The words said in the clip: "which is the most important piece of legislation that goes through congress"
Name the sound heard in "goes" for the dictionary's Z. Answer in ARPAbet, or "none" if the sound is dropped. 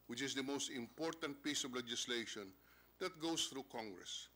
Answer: S